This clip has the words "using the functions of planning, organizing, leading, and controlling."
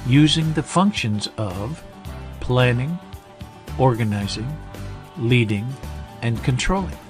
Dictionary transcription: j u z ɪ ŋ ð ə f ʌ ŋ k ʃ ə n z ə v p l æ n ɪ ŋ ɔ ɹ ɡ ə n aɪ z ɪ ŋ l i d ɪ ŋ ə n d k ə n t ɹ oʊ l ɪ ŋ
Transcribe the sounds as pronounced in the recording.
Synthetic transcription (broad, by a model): j u z ɪ ŋ ð ə f ʌ ŋ k ʃ ə n z ə v p l æ n ɪ ŋ ɔ ɹ ɡ ə n aɪ z ɪ ŋ l i d ɪ ŋ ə n k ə n t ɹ oʊ l ɪ ŋ